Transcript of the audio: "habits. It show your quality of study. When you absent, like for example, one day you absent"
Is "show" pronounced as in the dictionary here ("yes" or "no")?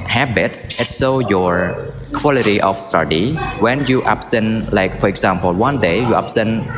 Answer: no